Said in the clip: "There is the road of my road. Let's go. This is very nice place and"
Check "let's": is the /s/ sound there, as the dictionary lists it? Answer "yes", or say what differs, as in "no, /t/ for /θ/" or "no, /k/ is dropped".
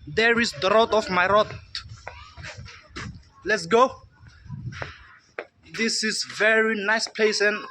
yes